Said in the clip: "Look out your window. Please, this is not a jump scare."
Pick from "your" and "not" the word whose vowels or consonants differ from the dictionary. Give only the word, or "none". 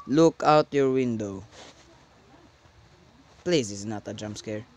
none